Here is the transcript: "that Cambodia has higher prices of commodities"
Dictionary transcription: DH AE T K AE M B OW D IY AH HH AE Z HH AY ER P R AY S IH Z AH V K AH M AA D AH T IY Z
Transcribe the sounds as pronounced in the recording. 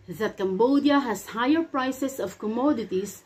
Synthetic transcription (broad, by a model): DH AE T K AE M B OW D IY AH HH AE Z HH AY ER P R AY S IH S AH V K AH M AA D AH T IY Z